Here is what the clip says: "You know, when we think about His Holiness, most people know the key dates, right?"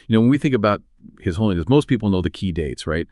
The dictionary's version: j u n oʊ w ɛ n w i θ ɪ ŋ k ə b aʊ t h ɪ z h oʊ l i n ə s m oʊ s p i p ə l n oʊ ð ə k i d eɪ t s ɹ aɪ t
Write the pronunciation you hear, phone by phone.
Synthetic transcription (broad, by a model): j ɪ n oʊ w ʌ n w i θ ɪ ŋ k ə b aʊ t h ɪ z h oʊ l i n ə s m oʊ s p i p l n oʊ ð ə k i d eɪ t s ɹ aɪ t